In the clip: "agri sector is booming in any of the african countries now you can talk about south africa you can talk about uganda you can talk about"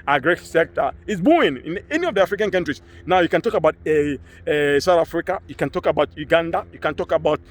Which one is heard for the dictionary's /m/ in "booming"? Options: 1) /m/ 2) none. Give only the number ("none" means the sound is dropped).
2